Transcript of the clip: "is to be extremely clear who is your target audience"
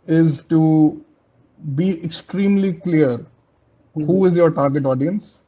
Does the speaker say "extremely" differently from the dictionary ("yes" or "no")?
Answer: no